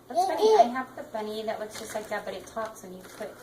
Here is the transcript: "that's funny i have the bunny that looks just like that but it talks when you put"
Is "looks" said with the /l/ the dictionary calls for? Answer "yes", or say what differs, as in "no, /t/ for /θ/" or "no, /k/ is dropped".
no, /w/ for /l/